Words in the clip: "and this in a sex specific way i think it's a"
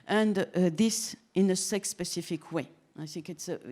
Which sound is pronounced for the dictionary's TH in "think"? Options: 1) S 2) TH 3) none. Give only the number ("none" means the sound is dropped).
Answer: 1